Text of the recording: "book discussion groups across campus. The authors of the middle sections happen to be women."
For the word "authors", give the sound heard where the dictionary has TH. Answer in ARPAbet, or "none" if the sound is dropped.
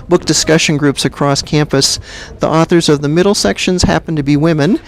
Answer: TH